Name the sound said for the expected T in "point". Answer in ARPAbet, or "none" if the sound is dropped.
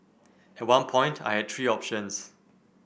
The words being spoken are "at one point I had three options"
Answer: T